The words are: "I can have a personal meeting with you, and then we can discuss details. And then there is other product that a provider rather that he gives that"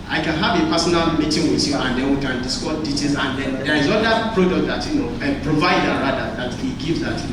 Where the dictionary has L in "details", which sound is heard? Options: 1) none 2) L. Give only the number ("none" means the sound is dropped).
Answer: 1